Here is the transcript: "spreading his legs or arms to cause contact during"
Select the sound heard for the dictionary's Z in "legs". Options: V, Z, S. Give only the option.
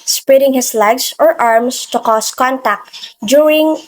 S